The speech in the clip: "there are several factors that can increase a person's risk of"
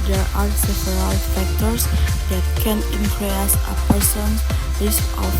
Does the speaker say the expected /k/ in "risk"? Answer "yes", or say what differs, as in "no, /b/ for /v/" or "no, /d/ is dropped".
no, /k/ is dropped